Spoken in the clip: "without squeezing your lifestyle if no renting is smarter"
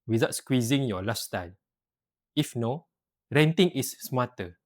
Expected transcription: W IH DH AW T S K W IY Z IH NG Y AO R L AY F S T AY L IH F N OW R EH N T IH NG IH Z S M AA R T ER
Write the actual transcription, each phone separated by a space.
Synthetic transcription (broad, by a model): W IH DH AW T S K W IY Z IH NG Y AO L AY S T AY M IH F N OW R EH N T IH NG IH S M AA T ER